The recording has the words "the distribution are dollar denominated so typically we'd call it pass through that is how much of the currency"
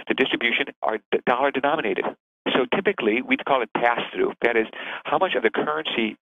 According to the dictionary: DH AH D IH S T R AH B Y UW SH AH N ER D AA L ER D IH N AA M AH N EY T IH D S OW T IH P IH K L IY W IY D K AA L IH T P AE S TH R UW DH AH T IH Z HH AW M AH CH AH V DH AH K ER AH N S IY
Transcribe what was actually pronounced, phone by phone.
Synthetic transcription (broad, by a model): DH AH D IH S T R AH B Y UW SH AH N ER D AA L ER D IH N AA M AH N EY T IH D S OW T IH P IH K L IY W IY D K AA L IH T P AE S TH R UW DH AH T IH Z HH AW M AH CH AH V DH AH K ER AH N S IY